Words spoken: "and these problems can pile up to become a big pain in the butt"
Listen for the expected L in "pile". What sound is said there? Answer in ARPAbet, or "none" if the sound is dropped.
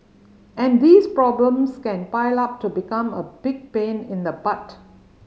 L